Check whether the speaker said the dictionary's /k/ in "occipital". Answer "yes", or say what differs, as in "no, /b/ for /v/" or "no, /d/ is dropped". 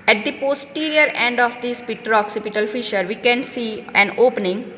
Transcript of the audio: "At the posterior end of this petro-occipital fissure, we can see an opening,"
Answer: yes